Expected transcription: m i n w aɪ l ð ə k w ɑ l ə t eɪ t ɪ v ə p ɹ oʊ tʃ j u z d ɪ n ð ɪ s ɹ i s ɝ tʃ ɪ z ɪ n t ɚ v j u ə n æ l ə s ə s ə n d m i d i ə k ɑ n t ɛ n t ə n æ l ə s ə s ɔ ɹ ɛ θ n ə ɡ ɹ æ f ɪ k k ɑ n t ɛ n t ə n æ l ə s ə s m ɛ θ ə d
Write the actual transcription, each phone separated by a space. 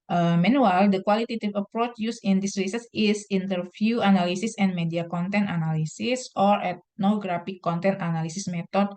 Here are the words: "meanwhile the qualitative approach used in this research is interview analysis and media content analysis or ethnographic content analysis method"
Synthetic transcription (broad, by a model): m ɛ n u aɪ l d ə k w ɑ l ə t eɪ t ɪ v ə p ɹ oʊ tʃ j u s ɪ n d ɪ s ɹ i s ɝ s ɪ s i n t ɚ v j u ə n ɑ l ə s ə s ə n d m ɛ d i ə k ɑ n t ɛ n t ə n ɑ l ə s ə s ɔ ɹ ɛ t n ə ɡ ɹ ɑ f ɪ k k ɑ n t ɛ n t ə n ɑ l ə s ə s m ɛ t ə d